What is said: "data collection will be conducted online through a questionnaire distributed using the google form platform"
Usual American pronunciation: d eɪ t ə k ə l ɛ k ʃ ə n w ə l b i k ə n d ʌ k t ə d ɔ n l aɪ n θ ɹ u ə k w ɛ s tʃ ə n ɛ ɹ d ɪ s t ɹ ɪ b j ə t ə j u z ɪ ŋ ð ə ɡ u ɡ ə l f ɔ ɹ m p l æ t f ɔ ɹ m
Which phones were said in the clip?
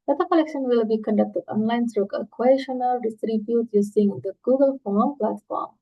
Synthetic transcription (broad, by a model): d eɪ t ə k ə l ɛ k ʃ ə n w ə l b i k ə n d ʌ k t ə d ɔ n l aɪ n s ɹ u ə k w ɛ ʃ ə n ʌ l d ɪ s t ɹ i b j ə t j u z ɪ ŋ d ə ɡ u ɡ ə l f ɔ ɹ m p l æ t f ɔ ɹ m